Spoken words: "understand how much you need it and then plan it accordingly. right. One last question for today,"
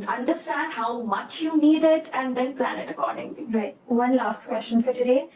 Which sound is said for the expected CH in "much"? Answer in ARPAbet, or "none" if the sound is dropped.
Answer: CH